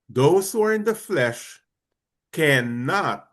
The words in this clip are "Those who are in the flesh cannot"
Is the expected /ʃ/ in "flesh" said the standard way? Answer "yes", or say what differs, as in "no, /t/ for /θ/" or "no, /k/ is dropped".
yes